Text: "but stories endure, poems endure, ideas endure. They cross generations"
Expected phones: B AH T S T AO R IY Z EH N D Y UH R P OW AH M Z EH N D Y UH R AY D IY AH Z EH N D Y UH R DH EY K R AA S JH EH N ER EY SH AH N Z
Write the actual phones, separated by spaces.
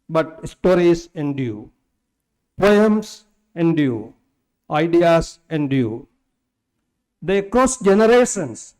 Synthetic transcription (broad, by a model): B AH T S T AO R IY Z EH N D Y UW P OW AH M S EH N D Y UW AY D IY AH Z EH N D Y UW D EY K AA S JH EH N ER EY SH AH N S